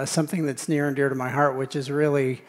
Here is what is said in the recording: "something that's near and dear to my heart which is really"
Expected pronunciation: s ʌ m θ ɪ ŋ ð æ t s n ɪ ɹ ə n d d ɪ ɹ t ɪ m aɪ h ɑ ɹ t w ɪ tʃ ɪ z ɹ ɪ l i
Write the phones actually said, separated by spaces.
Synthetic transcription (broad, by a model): s ʌ m θ ɪ ŋ ð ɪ t s n ɪ ɹ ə n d d ɪ ɹ t ɪ m aɪ h ɑ ɹ t w ɪ tʃ ɪ z ɹ ɪ l i